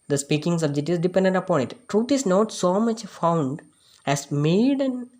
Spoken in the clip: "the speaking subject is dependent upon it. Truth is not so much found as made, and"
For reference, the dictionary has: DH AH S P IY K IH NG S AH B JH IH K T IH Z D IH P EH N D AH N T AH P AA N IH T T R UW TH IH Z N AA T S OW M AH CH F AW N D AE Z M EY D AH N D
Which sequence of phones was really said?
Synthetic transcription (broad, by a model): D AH S P IY K IH NG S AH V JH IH T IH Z D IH P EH N D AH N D AH P AA N IH T T R UW T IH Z N AA T S OW M AH CH F AW N D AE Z M EY D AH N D